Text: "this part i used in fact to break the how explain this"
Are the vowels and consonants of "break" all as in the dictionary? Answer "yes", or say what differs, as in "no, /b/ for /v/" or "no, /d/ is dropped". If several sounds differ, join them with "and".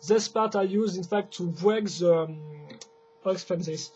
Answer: no, /w/ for /ɹ/